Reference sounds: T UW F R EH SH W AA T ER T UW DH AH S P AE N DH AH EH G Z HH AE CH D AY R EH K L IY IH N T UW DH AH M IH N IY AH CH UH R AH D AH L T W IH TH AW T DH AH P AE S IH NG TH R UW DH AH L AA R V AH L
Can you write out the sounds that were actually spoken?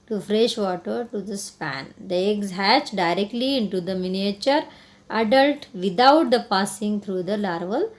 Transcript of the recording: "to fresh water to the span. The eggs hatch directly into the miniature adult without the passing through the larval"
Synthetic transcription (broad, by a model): T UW F R EH SH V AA T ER T UW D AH S P AE N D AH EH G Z HH AE CH D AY R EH K L IY IH N T UW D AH M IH N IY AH CH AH R AH D AH L T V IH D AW T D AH P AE S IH NG T R UW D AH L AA R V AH L